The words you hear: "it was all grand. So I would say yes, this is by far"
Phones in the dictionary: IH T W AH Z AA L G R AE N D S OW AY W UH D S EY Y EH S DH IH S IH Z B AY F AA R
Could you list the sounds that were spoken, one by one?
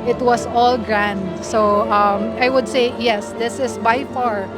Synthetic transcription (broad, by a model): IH T W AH S AA L G R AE N D S OW AY W UH D S EY Y EH S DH IH S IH S B AY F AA R